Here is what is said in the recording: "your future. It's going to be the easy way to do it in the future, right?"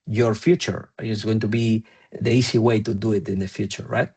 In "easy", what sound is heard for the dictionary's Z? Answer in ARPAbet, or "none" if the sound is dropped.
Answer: S